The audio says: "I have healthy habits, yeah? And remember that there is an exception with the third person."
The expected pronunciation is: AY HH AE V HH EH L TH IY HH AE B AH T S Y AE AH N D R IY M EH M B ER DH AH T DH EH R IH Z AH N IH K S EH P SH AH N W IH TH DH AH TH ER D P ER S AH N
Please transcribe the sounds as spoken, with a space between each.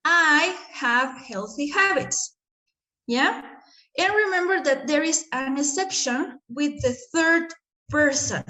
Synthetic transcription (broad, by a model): AY HH AE V HH EH L TH IY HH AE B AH T S Y AE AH N R IY M EH M B ER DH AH T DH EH R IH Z AH N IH S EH P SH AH N W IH DH AH TH ER D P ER S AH N